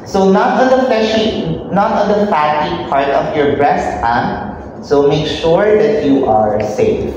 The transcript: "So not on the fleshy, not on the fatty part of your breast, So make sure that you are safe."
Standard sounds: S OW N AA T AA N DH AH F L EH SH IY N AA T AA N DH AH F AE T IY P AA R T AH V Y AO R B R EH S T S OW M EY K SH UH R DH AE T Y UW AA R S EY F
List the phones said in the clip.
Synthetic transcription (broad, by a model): S OW N AA T AA N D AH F EH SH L N AA T AA N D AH F AE T IY P AA R T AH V Y AO R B R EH S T S OW M EY K SH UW R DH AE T Y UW AA R S EY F